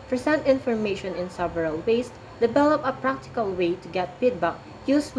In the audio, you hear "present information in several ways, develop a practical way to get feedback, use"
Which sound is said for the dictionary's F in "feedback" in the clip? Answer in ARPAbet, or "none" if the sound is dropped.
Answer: P